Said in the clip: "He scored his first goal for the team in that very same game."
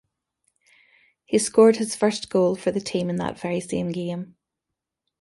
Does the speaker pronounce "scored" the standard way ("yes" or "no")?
yes